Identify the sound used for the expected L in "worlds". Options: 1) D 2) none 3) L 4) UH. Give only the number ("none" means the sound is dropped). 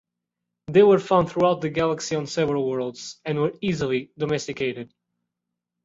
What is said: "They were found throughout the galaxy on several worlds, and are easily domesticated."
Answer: 3